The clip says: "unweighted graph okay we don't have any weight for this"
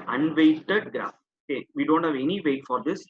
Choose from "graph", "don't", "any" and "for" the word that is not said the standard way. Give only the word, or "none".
graph